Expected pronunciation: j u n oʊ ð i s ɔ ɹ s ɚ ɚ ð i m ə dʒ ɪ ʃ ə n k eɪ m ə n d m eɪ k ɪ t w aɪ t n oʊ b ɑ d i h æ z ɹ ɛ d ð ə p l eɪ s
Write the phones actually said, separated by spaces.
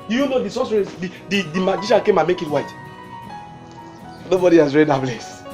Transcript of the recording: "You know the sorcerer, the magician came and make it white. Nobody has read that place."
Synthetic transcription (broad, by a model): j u n oʊ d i s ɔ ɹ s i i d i m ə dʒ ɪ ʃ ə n k eɪ m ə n m eɪ k ɪ t w aɪ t n oʊ b ɑ d i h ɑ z ɹ ɛ d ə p l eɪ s